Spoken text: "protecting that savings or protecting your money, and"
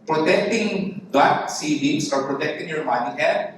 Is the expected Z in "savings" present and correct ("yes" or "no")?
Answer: no